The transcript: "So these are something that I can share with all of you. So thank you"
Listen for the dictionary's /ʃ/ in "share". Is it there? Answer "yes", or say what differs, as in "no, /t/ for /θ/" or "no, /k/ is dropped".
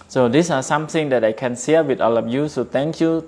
no, /s/ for /ʃ/